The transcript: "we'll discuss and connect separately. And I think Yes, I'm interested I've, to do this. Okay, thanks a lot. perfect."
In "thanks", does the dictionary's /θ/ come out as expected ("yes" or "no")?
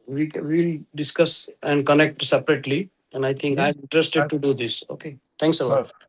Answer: no